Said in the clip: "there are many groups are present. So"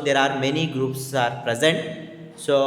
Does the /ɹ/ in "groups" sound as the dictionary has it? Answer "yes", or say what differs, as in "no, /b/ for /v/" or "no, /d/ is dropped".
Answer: yes